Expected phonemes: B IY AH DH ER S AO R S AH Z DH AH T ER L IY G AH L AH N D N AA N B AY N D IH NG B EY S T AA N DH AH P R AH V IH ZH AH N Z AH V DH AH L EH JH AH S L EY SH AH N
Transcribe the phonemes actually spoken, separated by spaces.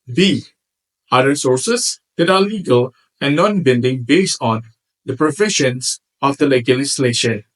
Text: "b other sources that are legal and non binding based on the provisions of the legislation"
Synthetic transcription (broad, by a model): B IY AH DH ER S AO R S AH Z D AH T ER L IY G AH L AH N N AA N B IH L D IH NG B EY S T AA N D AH P R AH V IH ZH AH N S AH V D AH L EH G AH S L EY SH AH N